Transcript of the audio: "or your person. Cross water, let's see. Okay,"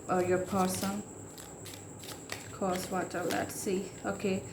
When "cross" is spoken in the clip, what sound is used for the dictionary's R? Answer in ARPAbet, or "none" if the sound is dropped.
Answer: none